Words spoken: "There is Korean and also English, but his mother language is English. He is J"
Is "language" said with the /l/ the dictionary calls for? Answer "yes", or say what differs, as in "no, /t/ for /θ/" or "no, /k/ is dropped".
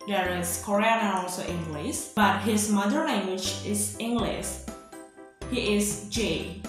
no, /n/ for /l/